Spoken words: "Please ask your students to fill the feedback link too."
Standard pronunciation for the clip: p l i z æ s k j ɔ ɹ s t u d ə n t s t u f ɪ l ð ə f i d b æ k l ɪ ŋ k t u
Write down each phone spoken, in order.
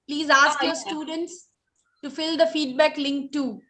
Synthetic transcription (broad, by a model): p l i z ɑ s k j ɔ ɹ s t u d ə n t s t u f ɪ l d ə f i d b æ k l ɪ ŋ k t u